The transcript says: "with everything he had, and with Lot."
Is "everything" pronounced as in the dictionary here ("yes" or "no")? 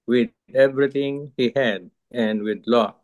no